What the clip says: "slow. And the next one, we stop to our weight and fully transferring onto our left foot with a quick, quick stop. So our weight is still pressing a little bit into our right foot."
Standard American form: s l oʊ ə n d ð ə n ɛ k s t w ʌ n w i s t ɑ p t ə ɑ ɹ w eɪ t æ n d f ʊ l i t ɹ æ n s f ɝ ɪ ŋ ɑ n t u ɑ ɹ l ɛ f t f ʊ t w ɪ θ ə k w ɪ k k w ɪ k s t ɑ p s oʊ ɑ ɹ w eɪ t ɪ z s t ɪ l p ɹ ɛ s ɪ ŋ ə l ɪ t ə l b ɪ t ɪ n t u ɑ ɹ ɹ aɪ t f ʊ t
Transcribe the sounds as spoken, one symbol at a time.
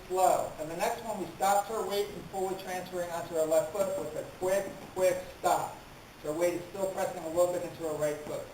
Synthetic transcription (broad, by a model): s l oʊ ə n ð ə n ɛ k s t w ʌ n w i s t ɑ p t ə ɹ w eɪ t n f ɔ w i t ɹ æ n s f ɝ ɪ ŋ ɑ n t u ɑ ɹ l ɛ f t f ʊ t w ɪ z ə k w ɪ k k w ɪ k s t ɑ p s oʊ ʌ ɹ w eɪ t ɪ z s t ɪ l p ɹ ɛ s ɪ ŋ ə l ɪ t l b ɪ t ɪ n t u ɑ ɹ ɹ aɪ t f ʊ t